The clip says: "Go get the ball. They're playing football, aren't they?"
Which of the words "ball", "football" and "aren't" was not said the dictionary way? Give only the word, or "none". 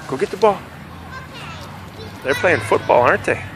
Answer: aren't